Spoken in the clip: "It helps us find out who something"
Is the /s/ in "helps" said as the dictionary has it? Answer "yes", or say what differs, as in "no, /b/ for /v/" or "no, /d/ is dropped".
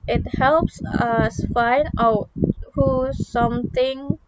yes